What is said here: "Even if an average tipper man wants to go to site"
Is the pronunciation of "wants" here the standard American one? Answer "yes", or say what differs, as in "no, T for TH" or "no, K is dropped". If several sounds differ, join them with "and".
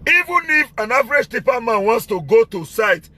yes